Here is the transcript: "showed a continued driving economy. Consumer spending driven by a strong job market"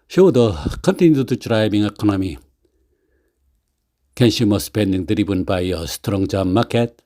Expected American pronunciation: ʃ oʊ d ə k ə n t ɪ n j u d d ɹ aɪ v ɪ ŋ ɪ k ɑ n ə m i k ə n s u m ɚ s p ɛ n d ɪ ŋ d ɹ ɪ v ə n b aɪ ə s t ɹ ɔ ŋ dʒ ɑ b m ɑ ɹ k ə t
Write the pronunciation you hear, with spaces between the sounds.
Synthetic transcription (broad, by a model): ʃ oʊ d ə k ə n t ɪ n j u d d ɹ aɪ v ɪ ŋ ɪ k ɑ n ə m i k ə n ʃ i m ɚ s p ɛ n d ɪ ŋ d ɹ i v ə n b aɪ ə s t ɹ ɔ ŋ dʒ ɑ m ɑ k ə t